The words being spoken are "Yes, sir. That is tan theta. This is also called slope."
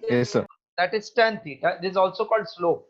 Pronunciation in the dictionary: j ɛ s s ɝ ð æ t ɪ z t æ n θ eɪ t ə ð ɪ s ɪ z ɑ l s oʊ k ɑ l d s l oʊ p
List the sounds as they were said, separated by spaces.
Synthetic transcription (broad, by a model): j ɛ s s ɝ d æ t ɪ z t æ n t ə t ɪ ɪ z ɑ l s oʊ k ɑ l d s l oʊ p